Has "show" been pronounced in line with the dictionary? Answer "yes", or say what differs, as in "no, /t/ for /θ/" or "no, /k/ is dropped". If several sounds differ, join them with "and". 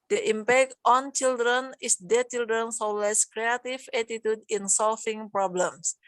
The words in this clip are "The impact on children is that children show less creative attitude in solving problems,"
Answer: no, /s/ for /ʃ/